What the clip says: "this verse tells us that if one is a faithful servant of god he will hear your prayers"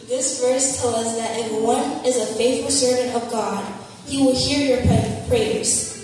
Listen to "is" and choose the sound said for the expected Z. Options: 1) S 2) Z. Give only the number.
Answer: 2